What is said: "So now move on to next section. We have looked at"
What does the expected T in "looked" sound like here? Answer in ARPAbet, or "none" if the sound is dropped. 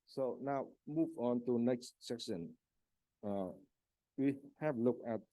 none